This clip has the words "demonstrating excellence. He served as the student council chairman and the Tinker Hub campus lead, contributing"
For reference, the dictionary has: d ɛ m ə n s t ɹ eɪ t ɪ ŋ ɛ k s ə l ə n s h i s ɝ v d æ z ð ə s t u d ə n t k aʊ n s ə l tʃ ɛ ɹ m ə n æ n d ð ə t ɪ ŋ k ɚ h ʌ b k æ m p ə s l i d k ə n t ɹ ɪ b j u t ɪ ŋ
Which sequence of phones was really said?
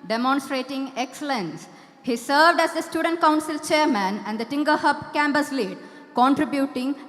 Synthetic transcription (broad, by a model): d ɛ m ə n s t ɹ eɪ t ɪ ŋ ɛ k s ə l ə n s h i s ɝ v d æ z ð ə s t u d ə n t k aʊ n s ə l tʃ ɛ ɹ m ə n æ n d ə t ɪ ŋ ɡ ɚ h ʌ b k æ m b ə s l i d k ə n t ɹ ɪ b j u t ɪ ŋ